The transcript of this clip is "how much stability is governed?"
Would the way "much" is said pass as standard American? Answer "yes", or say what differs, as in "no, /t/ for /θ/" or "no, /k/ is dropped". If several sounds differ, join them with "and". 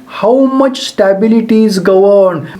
yes